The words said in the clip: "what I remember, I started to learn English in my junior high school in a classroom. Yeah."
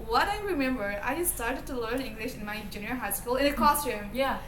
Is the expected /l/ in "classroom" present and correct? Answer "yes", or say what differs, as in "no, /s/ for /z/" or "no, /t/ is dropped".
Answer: no, /l/ is dropped